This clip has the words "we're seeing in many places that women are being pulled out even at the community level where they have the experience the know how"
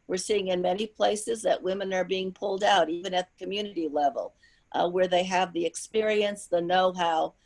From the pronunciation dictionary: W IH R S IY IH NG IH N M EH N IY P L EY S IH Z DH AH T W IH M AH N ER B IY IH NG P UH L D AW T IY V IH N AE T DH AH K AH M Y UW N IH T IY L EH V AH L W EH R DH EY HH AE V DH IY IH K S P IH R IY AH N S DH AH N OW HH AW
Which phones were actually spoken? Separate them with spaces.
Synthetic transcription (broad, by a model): W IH R S IY IH NG IH N M EH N IY P L EY S IH Z DH AH T W IH M AH N ER B IY IH NG P UH L D AW T IY V IH N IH T DH AH K AH M Y UW N IH T IY L EH V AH L W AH R DH EY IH V DH IY IH K S P IH R IY AH N S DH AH N OW HH AW